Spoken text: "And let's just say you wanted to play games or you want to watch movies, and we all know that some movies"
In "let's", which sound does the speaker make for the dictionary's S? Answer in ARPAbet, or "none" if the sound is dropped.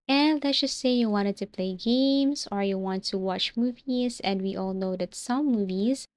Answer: none